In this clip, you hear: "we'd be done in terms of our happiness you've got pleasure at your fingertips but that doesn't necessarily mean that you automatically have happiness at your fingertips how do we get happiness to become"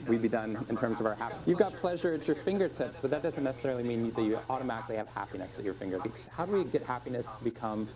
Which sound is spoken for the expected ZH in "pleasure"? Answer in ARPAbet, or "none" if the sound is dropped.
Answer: ZH